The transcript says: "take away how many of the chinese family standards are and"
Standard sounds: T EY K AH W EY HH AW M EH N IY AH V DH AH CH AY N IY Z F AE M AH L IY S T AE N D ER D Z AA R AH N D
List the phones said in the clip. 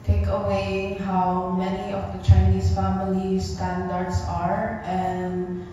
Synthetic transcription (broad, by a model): T EY K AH W EY HH AW M EH N IY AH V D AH CH AY N IY S F AE M AH L IY S T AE N D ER D S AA R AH N D